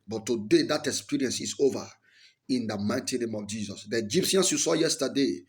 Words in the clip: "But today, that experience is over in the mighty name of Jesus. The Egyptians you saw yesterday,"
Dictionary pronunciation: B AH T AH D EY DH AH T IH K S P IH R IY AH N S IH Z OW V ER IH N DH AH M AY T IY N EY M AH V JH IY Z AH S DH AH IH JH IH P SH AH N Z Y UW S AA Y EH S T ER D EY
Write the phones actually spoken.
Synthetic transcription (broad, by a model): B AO T AH D EY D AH T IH K S P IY R IY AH N S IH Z OW V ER IH N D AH M AY T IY N EY M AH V JH IY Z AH S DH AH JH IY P S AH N S Y UW S AA Y EH S T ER D EY